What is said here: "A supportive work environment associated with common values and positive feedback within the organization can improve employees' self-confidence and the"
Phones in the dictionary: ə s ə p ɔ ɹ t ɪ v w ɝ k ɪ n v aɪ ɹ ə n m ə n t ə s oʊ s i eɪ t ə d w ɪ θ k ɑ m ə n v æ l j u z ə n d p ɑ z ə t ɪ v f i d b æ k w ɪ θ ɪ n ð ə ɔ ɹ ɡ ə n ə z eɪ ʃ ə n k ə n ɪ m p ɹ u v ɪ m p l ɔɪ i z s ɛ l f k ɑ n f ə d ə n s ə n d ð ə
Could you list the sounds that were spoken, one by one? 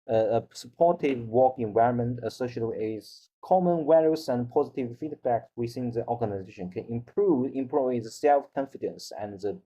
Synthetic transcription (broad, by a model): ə s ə p ɔ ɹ t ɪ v w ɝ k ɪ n v aɪ ɹ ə n m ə n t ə s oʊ i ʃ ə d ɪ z k ɑ m ə n w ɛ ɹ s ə n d p ɑ z ə t ɪ v f i d b æ k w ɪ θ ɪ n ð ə ɔ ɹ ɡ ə n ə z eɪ ʃ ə n k ə n ɪ m p ɹ u v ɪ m p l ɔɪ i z s ɛ l f k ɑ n f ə d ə n s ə n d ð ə